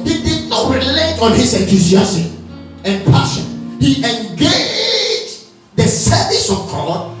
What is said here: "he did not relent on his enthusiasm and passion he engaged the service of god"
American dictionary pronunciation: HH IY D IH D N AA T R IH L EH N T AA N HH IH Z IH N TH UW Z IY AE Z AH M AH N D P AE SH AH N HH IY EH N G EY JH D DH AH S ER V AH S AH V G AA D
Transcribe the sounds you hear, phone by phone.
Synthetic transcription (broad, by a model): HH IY D IH D N AA T R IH L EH T AA N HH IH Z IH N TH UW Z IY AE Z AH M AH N P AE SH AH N HH IY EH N G EY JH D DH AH S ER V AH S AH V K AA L